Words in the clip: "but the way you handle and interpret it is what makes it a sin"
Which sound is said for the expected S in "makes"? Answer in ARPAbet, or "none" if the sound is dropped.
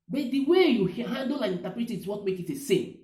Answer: none